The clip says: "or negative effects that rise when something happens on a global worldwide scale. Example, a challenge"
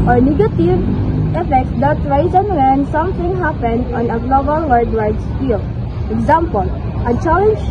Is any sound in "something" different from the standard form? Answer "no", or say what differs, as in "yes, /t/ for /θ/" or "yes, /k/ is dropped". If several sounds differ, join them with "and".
yes, /t/ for /θ/